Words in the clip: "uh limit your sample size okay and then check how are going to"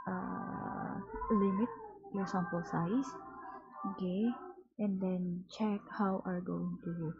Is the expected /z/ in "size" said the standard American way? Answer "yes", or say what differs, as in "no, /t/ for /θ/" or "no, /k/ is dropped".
no, /s/ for /z/